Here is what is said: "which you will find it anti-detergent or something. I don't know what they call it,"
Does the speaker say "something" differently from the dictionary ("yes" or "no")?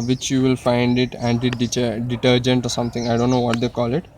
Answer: yes